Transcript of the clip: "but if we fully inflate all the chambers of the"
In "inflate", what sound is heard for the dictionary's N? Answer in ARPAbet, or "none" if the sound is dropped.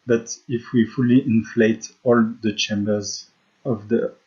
N